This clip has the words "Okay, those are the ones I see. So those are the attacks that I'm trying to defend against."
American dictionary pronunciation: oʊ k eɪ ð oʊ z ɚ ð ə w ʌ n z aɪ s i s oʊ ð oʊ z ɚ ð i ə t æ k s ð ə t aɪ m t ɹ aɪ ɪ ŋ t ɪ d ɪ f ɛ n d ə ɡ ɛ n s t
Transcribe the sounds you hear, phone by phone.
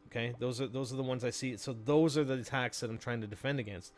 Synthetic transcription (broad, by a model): oʊ k eɪ ð oʊ z ɚ ð ə w ʌ n z aɪ s i s oʊ ð oʊ z ɚ ð i ə t æ k s ð ə t aɪ m t ɹ aɪ ɪ ŋ t ɪ d ɪ f ɛ n d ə ɡ ɛ n s t